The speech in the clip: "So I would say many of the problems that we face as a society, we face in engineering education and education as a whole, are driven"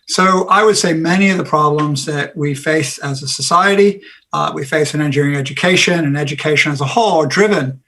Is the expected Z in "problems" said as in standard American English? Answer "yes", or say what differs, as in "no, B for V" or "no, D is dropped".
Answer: yes